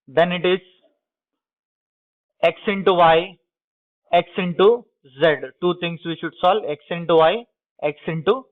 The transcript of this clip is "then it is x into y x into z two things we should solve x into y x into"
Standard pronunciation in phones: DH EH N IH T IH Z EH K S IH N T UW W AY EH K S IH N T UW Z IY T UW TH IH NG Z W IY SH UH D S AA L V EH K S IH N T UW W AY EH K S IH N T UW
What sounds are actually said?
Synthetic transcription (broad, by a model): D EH N IH T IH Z EH K S IH N T UW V AY EH K S IH N T UW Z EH T UW T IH NG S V IY SH UH D S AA L EH K S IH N T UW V AY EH K S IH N T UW